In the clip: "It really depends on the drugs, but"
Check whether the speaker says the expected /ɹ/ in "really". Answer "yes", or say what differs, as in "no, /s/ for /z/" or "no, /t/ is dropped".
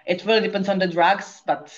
no, /w/ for /ɹ/